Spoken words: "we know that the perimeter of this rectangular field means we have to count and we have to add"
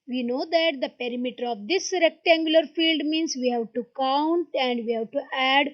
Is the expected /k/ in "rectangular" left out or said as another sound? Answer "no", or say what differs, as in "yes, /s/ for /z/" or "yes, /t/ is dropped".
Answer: no